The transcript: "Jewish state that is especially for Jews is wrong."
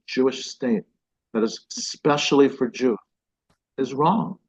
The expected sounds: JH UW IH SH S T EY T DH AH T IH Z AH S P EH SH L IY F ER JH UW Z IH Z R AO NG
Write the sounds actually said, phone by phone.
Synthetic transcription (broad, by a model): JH UW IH SH S T EY T DH AH T IH Z S P EH SH L IY F ER JH UW IH Z R AO NG